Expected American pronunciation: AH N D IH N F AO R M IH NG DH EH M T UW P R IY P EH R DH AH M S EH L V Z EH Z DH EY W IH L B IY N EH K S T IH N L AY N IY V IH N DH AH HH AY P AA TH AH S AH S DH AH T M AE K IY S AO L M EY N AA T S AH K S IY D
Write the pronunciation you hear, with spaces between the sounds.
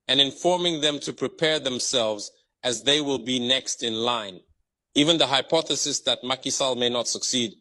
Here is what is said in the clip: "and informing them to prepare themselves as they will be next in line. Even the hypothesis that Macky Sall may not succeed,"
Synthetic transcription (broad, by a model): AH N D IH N F AO R M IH NG DH EH M T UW P R IY P EH R DH AH M S EH L V Z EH Z DH EY W IH L B IY N EH K S T IH N L AY N IY V IH N DH AH HH AY P AA TH AH S AH S DH AH T M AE K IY S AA L M EY N AA T S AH K S IY D